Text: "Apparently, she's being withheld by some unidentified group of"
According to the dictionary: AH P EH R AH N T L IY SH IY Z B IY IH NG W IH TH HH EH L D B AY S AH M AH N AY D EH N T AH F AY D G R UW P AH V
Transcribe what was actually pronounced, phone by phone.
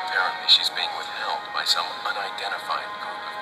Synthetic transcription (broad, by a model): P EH R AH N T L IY SH IY Z B IY IH NG W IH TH HH EH L D B AY S AH M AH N AY D EH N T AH F AY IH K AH